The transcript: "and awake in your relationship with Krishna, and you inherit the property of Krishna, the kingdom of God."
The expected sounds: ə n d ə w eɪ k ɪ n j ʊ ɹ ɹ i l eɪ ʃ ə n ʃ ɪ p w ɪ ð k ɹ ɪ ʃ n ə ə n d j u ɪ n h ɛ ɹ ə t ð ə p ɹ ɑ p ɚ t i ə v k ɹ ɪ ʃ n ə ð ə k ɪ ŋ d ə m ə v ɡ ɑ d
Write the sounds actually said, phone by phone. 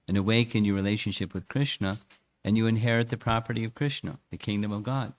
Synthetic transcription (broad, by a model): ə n ə w eɪ k ɪ n j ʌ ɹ ɹ i l eɪ ʃ ə n ʃ ɪ p w ɪ ð k ɹ ɪ ʃ n ə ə n j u ɪ n h ɛ ɹ ə t ð ə p ɹ ɑ p ɚ t i ə v k ɹ ɪ ʃ n ə ð ə k ɪ ŋ d ə m ə v ɡ ɑ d